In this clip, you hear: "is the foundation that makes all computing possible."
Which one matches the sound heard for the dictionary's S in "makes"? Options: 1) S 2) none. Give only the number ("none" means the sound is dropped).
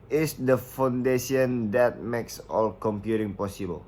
1